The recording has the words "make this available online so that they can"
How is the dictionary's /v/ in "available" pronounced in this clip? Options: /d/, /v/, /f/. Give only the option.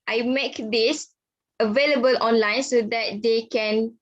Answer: /v/